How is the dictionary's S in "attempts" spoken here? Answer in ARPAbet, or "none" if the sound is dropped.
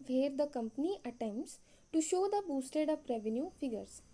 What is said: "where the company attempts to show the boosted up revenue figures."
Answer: S